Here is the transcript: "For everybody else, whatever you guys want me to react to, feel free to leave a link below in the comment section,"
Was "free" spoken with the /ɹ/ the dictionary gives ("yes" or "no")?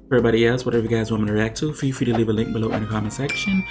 no